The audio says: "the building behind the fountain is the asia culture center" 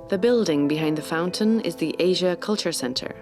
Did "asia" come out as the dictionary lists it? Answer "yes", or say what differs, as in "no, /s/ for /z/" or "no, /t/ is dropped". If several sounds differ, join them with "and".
yes